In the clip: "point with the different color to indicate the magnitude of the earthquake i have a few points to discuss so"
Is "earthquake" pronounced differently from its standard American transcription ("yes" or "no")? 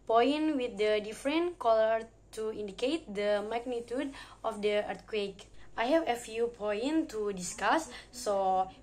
yes